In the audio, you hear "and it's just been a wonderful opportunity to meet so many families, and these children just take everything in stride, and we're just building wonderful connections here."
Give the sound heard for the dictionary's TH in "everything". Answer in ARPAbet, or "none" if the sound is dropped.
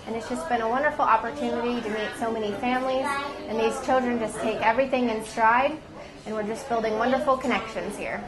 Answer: TH